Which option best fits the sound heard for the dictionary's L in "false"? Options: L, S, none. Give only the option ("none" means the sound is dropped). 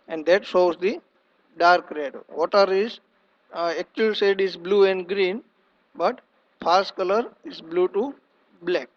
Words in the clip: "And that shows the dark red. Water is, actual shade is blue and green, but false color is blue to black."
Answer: none